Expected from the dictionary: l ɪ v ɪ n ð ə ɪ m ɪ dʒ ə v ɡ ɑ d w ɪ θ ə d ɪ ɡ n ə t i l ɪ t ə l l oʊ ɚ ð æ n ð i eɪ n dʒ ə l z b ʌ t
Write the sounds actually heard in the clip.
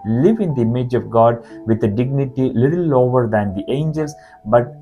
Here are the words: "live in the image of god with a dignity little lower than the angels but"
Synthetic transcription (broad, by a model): l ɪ v ɪ n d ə ɪ m ɪ dʒ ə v ɡ ɑ d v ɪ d ə d ɪ ɡ n ə t i l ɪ t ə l l oʊ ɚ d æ n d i eɪ n dʒ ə l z b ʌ t